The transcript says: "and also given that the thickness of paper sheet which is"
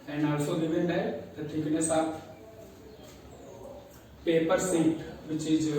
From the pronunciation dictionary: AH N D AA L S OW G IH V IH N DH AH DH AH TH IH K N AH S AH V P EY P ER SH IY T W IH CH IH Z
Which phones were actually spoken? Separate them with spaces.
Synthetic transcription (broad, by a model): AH N AA L S OW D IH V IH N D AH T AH T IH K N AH S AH P EY P ER S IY T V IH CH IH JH